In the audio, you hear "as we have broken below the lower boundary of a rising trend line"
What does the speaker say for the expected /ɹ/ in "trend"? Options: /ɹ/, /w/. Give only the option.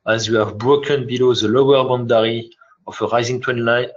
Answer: /w/